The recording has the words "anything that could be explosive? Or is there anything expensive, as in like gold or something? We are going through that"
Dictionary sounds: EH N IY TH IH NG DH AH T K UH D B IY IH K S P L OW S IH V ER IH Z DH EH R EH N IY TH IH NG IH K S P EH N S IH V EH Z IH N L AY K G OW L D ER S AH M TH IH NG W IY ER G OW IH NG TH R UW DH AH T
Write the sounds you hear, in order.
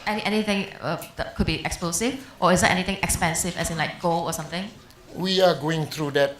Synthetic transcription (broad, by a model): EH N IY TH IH NG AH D K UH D B IY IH K S P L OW S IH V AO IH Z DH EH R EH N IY T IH NG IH K S P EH N S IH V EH S IH N L AY K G OW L AO S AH M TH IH NG W IY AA G OW IH NG T R UW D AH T